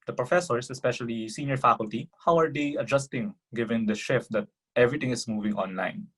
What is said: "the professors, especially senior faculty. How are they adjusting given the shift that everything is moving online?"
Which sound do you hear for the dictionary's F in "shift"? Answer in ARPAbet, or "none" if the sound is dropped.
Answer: F